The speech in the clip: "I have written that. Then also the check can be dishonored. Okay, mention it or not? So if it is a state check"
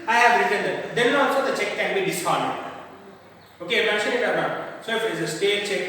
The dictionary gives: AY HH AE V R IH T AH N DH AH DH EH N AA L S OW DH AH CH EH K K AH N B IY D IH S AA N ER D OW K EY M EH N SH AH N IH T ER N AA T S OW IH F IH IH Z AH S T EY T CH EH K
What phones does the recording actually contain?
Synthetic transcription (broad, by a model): AY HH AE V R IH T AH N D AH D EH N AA S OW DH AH CH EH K K AH N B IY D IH S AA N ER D OW K EY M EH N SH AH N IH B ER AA S OW IH F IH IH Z AH S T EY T CH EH K